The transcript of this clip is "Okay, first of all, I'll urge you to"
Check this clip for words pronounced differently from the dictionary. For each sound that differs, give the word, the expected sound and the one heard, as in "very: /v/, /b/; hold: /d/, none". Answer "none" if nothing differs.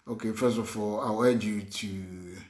of: /v/, /f/; i'll: /l/, /w/